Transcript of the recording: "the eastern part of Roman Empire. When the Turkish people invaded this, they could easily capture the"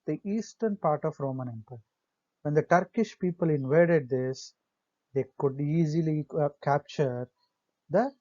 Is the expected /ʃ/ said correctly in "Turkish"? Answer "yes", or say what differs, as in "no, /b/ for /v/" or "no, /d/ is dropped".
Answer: yes